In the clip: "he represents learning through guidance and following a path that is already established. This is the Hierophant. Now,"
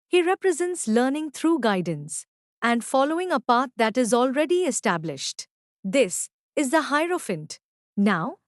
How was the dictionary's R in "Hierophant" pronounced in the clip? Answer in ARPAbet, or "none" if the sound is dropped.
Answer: R